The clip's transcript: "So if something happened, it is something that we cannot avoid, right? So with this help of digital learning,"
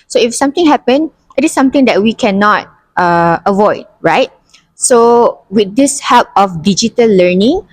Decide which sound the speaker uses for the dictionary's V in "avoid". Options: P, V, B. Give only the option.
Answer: V